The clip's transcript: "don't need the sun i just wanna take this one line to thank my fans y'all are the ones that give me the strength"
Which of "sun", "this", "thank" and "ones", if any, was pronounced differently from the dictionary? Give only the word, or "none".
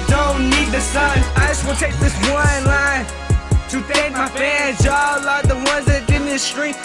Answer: thank